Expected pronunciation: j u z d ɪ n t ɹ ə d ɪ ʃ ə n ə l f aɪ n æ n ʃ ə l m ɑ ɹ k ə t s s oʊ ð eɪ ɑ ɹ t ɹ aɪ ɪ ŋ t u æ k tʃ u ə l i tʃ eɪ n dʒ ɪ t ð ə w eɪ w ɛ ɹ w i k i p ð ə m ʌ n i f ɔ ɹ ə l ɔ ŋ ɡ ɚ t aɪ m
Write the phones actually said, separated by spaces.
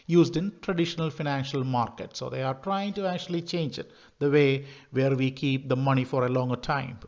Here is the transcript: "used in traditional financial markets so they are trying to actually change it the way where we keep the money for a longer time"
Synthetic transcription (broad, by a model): j u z d ɪ n t ɹ ə d ɪ ʃ ə n ə l f aɪ n æ n ʃ ə l m ɑ ɹ k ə t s s oʊ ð eɪ ɑ ɹ t ɹ aɪ ɪ ŋ t u æ k tʃ u ə l i tʃ eɪ n dʒ ɪ t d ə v eɪ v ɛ ɹ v i k i p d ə m ʌ n i f ɔ ɹ ə l ɔ ŋ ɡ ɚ t aɪ m